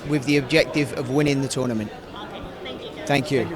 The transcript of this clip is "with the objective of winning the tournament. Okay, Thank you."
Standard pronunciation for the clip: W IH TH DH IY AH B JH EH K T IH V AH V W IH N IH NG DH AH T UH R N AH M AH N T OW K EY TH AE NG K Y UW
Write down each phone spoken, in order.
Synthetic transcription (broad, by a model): W IH DH IY AH B JH EH K T IH V AH V W IH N IH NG DH AH T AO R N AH M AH N T TH AE NG K Y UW